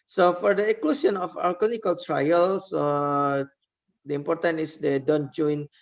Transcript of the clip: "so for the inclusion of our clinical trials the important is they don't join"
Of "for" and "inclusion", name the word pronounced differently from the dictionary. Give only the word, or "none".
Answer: inclusion